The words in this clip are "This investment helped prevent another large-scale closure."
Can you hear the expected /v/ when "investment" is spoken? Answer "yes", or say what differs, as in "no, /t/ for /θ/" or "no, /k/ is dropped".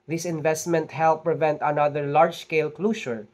yes